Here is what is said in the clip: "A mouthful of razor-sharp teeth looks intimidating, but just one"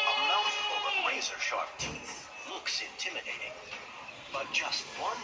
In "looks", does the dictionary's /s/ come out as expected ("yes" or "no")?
yes